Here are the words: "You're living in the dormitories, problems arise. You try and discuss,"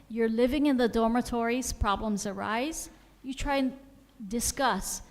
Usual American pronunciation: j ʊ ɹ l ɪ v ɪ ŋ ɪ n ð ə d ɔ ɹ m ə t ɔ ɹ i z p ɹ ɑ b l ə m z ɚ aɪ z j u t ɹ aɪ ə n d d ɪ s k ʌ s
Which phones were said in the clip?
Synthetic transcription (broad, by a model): j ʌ ɹ l ɪ v ɪ ŋ ɪ n ð ə d ɔ ɹ m ə t ɔ ɹ i z p ɹ ɑ b l ə m z ɚ aɪ z j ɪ t ɹ aɪ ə n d d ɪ s k ʌ s